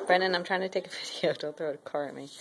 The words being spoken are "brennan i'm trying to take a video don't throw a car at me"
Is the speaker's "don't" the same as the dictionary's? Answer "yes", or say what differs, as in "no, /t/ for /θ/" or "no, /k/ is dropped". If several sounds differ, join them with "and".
no, /l/ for /n/